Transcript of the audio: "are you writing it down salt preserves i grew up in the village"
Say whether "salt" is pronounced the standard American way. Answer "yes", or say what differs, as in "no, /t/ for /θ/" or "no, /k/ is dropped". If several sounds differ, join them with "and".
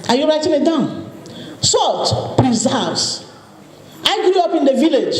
yes